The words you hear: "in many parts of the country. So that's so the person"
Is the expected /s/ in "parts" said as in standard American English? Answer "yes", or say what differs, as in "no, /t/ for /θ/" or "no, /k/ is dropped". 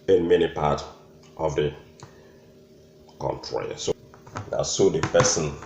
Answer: no, /s/ is dropped